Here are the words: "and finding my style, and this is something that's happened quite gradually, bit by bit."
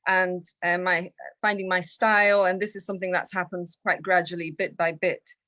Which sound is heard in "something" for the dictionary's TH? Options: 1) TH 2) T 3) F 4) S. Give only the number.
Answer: 1